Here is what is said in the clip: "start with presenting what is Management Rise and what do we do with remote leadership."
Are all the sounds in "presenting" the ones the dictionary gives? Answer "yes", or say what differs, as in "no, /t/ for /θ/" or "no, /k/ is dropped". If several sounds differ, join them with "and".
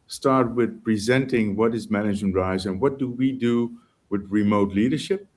yes